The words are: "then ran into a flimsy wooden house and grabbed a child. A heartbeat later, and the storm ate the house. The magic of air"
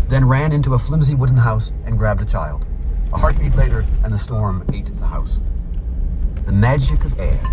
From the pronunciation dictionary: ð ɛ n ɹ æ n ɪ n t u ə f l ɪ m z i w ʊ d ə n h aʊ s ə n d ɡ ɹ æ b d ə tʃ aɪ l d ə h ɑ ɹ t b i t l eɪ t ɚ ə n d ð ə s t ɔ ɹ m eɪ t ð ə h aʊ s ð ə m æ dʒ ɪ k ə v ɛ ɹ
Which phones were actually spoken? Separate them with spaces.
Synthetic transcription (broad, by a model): ð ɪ n ɹ æ n ɪ n t u ə f l ɪ m z i w ʊ d n h aʊ s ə n ɡ ɹ æ b d ə tʃ aɪ l d ə h ɑ ɹ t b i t l eɪ t ɚ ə n ð ə s t ɔ ɹ m eɪ t ð ə h aʊ s ð ə m æ dʒ ɪ k ə v ɛ ɹ